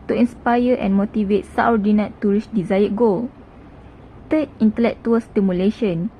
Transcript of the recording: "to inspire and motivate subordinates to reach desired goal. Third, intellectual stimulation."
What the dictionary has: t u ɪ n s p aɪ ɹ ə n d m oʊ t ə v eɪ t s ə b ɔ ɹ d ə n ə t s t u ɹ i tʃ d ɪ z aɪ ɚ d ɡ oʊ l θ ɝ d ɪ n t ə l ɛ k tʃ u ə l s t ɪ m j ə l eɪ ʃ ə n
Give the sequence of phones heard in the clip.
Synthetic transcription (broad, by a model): t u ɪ n s p aɪ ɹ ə n m oʊ t ə v eɪ t s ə ɔ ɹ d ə n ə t t u ɹ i s d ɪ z aɪ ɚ ɡ oʊ l t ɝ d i n t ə l ɛ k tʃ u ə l s t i m j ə l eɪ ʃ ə n